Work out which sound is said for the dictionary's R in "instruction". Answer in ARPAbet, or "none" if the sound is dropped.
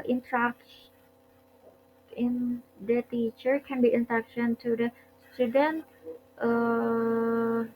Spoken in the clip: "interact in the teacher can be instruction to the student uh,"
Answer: none